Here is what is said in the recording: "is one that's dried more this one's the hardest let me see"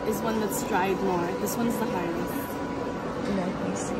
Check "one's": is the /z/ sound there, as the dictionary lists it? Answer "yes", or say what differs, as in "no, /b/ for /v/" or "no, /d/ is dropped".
yes